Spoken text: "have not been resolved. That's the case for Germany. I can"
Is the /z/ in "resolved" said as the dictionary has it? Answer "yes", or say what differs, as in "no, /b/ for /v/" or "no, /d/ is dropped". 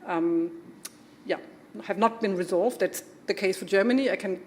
yes